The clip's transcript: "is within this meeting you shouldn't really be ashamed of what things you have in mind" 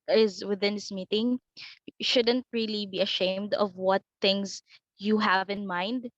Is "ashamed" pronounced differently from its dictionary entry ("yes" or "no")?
no